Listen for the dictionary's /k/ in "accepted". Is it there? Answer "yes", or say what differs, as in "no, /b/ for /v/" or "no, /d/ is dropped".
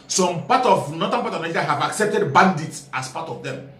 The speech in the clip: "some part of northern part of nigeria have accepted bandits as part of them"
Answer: yes